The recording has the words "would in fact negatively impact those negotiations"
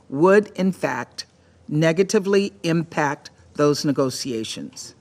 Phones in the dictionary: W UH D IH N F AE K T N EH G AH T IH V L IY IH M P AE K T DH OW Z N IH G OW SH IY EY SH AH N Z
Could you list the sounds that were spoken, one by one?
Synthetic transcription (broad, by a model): W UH D IH N F AE K T N EH G AH T IH V L IY IH M P AE K T DH OW Z N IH G OW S IY EY SH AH N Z